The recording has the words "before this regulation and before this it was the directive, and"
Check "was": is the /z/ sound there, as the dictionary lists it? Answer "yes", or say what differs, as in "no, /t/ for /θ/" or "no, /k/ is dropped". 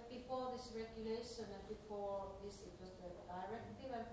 no, /s/ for /z/